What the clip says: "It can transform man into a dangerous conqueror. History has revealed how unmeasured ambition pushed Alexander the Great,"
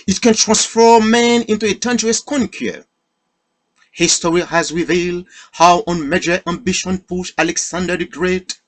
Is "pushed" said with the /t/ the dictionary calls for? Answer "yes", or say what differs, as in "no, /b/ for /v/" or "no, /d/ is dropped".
no, /t/ is dropped